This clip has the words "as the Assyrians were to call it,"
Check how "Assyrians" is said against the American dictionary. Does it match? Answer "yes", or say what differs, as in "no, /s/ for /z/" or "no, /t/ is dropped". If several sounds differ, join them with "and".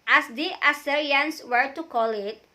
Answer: no, /s/ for /z/